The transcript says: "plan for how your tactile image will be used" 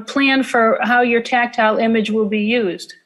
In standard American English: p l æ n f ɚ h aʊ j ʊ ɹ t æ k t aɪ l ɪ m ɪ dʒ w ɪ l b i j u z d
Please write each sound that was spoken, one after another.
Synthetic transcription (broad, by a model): p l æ n f ɚ h aʊ j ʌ ɹ t æ k t aɪ l ɪ m ɪ dʒ w ɪ l b i j u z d